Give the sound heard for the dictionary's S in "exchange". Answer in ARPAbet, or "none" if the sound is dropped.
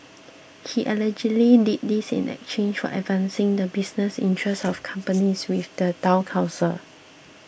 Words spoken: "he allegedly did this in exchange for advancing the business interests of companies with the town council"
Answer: none